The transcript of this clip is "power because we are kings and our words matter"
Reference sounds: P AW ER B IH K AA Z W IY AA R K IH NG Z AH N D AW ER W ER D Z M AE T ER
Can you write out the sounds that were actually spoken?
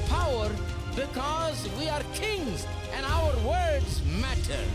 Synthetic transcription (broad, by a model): P AW ER B IH K AA Z W IY AA R K IH NG Z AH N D AW ER W ER D Z M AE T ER